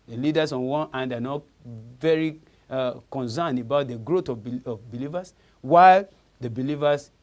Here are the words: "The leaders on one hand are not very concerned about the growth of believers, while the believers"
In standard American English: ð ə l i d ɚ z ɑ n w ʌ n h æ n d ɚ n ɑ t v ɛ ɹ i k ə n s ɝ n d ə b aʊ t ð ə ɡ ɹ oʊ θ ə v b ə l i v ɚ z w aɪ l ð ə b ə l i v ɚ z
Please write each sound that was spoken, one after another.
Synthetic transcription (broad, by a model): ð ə l i d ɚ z ɑ n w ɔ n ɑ n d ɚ n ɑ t v ɛ ɹ i k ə n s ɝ n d ə b aʊ t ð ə ɡ ɹ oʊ t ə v b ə l i v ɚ s w aɪ l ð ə b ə l i v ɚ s